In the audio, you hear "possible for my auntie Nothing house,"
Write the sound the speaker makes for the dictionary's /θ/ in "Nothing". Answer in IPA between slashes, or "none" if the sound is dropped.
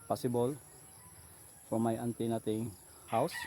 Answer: /t/